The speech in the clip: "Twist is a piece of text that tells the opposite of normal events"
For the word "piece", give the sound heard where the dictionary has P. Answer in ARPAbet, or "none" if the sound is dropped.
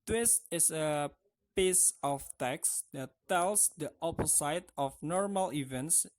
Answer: P